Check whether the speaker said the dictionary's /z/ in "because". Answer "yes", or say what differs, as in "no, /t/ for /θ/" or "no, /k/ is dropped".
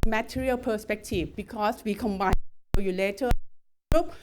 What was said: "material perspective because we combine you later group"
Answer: no, /s/ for /z/